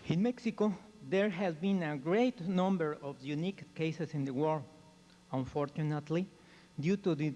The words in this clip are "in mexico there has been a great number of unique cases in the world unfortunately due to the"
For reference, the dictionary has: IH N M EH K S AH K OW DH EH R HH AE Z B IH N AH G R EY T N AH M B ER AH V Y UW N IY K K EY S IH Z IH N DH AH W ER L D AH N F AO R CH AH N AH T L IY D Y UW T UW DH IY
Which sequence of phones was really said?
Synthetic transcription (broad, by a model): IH N M EH K S AH K OW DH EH R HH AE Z B IH N AH G R EY T N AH M B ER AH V Y UW N IY K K EY S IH S IH N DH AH W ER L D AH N F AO R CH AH N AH T L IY D Y UW T UW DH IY